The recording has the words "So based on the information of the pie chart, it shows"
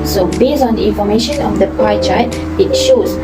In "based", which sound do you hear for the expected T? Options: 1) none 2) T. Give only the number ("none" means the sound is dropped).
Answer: 1